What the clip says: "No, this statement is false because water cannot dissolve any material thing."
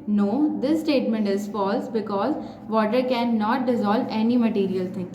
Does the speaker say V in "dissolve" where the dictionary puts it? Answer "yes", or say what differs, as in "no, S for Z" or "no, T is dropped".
yes